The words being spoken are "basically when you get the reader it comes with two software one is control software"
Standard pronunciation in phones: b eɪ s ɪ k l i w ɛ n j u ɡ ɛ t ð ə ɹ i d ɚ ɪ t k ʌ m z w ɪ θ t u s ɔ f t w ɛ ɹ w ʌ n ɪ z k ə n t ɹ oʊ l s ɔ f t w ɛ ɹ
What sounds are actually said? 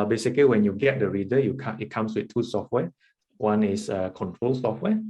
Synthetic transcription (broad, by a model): b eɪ s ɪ k l i w ɛ n j u ɡ ɛ t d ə ɹ i d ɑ ɪ t k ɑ m s w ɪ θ t u s ɔ f t w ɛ w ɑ n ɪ s k ə n t ɹ oʊ l s ɔ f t w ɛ